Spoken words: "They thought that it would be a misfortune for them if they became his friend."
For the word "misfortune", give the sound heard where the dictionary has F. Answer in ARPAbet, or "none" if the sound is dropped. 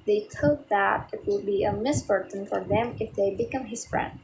P